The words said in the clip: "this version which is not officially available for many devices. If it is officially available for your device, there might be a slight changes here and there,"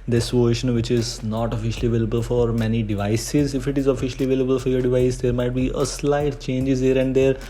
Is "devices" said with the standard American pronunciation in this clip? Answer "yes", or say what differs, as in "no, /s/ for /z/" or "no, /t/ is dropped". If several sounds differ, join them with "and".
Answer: yes